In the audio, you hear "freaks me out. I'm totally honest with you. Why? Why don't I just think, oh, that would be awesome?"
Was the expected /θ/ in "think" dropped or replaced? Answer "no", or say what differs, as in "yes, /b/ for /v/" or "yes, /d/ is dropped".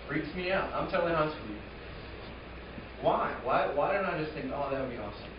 no